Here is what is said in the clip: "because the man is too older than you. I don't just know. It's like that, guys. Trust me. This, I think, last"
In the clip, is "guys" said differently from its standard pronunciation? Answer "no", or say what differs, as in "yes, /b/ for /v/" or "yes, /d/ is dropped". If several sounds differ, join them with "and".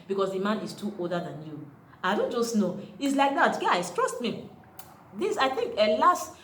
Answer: yes, /s/ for /z/